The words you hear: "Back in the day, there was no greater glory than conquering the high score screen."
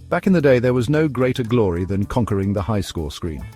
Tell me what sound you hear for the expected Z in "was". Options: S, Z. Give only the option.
Z